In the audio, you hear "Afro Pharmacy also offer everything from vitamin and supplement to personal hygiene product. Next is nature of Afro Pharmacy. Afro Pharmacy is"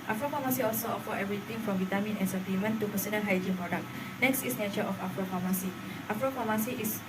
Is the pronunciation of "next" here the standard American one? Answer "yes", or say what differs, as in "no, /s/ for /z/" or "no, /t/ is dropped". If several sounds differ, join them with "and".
yes